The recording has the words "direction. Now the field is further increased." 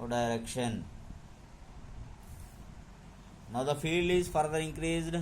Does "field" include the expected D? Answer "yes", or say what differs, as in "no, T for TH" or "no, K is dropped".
yes